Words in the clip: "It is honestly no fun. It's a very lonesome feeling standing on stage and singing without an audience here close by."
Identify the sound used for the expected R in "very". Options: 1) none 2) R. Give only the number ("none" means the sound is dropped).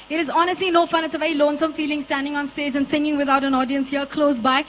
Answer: 1